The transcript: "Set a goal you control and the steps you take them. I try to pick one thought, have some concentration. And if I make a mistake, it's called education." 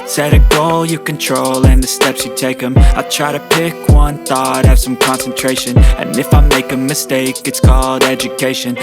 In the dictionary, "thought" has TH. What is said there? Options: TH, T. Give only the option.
TH